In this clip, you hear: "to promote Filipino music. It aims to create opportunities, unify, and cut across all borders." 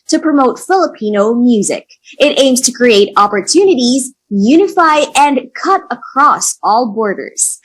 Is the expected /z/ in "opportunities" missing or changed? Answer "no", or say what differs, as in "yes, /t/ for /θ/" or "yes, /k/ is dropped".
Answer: no